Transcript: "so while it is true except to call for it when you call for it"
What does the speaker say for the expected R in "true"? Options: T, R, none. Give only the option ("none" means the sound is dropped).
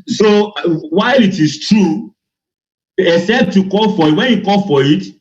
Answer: R